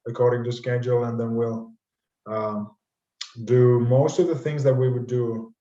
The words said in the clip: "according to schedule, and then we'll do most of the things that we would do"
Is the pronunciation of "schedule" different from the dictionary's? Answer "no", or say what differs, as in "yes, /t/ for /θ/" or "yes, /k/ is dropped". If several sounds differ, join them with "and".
no